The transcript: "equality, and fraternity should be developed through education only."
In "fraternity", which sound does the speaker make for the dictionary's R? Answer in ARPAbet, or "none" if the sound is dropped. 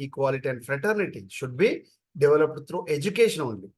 R